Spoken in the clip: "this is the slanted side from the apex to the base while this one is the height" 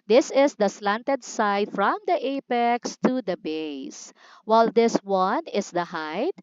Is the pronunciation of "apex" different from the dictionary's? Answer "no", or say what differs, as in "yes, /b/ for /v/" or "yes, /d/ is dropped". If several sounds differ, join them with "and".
no